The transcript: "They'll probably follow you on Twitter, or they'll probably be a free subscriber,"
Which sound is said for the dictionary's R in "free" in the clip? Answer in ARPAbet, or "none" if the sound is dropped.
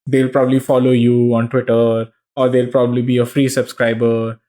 R